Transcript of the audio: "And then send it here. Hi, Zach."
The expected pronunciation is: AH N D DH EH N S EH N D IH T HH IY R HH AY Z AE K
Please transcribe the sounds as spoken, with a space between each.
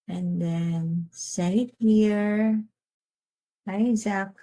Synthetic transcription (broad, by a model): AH N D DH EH N S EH D IH T HH IY R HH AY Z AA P